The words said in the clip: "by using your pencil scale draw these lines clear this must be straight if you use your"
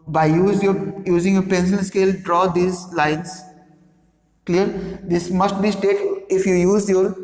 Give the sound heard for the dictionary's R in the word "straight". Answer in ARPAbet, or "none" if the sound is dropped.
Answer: none